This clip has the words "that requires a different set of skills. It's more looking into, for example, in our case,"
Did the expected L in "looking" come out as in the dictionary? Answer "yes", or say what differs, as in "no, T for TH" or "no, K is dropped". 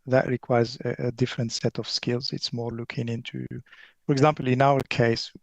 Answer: yes